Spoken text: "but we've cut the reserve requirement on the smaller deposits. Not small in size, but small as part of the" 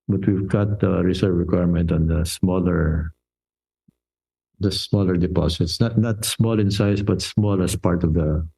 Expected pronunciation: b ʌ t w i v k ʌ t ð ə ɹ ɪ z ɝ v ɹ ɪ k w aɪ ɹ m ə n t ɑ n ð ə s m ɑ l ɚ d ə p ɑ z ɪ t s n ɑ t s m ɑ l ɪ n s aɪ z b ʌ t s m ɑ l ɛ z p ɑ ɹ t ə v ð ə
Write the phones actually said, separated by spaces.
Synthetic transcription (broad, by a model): b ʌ t w i v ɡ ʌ t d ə ɹ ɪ s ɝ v ɹ ɪ k w aɪ ɹ m ə n t ɑ n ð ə s m ɑ l ɚ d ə p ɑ s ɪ t s n ɑ t s m ɑ l ɪ n s aɪ s b ʌ t s m ɑ l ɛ s p ɑ ɹ t ə v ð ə